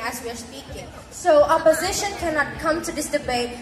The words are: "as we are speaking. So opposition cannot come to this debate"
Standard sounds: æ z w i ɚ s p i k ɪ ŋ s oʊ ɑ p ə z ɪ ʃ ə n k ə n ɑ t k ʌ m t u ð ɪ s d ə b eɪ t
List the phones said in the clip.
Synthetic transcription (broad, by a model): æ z w i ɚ s p i k ɪ ŋ s oʊ ɑ p ə z ɪ ʃ ə n k ə n ɑ t k ʌ m t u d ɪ s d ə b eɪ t